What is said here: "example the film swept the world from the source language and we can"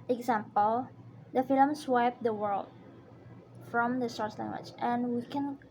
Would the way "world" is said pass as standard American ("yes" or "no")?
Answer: yes